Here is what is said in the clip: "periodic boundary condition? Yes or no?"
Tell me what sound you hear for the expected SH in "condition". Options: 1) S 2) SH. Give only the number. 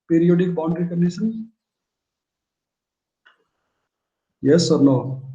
1